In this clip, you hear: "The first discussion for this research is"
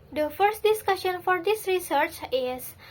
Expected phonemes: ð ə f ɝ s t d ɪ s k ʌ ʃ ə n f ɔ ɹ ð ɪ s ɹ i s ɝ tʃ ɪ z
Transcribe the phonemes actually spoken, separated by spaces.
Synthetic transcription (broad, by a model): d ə f ɝ s t d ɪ s k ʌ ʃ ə n f ɔ ɹ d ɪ s ɹ i s ɝ tʃ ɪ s